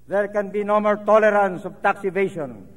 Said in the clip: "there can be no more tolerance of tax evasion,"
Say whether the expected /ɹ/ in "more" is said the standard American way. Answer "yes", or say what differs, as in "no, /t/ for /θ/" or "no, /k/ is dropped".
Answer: no, /l/ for /ɹ/